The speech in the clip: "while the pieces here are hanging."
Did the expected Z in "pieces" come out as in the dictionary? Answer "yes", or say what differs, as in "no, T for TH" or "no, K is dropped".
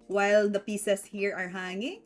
no, S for Z